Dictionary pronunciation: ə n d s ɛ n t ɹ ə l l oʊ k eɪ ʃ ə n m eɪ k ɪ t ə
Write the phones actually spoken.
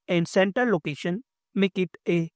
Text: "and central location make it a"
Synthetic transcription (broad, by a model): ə n d s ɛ n t ə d l oʊ k eɪ ʃ ə n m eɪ k ɪ t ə